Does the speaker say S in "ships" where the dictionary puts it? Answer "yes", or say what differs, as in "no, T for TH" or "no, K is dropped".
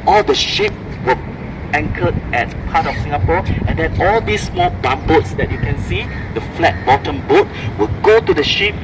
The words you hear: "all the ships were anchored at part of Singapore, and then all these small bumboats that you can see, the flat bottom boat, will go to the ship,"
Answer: no, S is dropped